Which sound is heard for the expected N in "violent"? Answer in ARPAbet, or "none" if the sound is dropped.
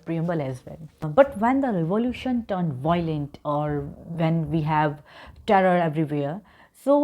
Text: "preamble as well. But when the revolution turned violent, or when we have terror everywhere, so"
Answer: N